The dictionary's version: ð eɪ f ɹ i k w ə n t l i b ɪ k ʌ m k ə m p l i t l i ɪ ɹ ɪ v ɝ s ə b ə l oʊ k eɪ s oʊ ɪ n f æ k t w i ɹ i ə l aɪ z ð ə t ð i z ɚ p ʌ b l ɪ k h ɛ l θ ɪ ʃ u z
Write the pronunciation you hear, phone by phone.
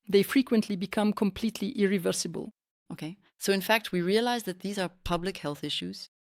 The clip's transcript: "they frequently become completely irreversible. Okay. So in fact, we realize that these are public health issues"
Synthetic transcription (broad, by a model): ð eɪ f ɹ i k w ə n t l i b ɪ k ʌ m k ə m p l i t l i ɪ ɹ ɪ v ɝ s ə b ə l oʊ k eɪ s oʊ ɪ n f æ k t w i ɹ i ə l aɪ z ð ə t ð i z ɚ p ʌ b l ɪ k h ɛ l θ ɪ ʃ u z